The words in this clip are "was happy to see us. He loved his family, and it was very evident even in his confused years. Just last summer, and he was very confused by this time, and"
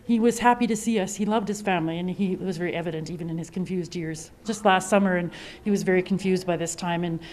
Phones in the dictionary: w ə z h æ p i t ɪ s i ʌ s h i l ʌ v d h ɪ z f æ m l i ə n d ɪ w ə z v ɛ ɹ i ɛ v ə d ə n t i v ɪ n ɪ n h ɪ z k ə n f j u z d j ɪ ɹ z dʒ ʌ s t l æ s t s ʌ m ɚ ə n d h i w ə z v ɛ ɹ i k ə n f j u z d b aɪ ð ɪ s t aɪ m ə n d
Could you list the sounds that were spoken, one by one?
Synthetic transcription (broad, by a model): w ə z h æ p i t ɪ s i ʌ s h i l ʌ v d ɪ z f æ m l i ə n ɪ w ə z v ɛ ɹ i ɛ v ə d ə n t i v ɪ n ɪ n ɪ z k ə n f j u z d j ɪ ɹ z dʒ ʌ s t l æ s t s ʌ m ɚ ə n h i w ə z v ɛ ɹ i k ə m f j u z d b aɪ ð ɪ s t aɪ m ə n